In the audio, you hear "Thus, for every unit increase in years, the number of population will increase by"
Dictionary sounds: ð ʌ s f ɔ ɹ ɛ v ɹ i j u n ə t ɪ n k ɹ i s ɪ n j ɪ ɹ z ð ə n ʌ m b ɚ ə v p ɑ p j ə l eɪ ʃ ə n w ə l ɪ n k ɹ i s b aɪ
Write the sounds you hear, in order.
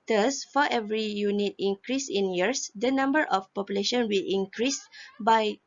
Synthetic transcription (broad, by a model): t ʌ s f ɔ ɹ ɛ v ɹ i j u n ə t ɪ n k ɹ i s ɪ n j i ɹ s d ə n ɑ m b ɚ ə f p ɑ p j ə l eɪ ʃ ə n w ə l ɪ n k ɹ i s b aɪ